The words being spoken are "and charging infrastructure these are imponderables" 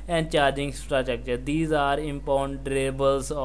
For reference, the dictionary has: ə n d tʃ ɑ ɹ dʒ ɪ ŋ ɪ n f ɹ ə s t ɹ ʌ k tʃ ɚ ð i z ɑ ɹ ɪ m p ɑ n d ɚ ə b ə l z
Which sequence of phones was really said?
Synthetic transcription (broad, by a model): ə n d tʃ ɑ ɹ dʒ ɪ ŋ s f ɹ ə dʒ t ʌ k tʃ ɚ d i z ɑ ɹ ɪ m p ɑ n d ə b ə l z